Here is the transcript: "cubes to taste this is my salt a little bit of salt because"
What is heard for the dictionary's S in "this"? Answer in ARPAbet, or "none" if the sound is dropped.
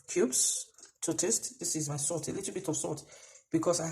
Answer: S